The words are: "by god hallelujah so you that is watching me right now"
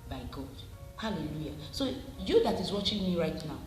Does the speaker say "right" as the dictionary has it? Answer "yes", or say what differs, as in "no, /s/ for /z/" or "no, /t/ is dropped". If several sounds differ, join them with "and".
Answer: yes